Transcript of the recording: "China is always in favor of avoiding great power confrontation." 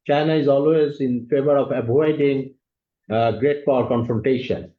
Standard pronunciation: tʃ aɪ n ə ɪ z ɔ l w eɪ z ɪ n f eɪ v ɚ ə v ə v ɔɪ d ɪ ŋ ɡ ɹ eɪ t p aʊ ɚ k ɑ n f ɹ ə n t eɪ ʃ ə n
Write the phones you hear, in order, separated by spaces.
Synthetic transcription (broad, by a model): tʃ aɪ n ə ɪ z ɔ l w eɪ z ɪ n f eɪ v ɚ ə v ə b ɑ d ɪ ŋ ɡ ɹ eɪ t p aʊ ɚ k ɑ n f ɹ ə n t eɪ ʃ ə n